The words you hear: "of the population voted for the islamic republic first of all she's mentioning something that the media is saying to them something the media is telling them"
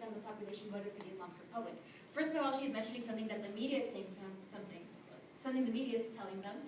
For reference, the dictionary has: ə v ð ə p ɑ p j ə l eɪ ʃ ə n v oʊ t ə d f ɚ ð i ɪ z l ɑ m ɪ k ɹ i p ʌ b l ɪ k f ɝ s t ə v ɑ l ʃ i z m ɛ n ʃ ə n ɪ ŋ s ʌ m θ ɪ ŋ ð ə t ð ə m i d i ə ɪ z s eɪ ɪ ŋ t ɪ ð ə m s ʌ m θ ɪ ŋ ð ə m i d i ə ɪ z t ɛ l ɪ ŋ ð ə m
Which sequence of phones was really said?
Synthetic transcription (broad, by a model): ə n ð ə p ɑ p j ə l eɪ ʃ ə n w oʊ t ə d f ɚ ð i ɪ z l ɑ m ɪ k ɹ i p ʌ b l ɪ k f ɝ s t ə v ɑ l ʃ i z m ɛ n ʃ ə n ɪ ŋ s ʌ m θ ɪ ŋ ð ə t ð ə m i d i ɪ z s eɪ ɪ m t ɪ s ə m s ʌ m θ ɪ ŋ ð ə m i d i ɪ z t ɛ l ɪ ŋ ð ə m